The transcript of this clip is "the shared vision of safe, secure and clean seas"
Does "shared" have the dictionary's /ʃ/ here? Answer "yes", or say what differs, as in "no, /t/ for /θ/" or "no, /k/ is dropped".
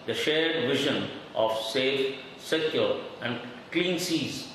yes